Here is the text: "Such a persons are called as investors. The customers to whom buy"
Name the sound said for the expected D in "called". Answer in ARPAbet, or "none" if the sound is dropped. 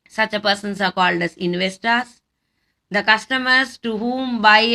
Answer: D